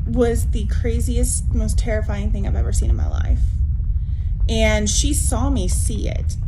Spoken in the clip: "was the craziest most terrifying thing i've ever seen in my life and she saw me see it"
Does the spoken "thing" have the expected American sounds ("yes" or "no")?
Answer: yes